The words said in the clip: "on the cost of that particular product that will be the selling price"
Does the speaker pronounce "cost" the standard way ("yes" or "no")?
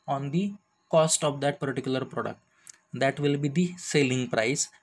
yes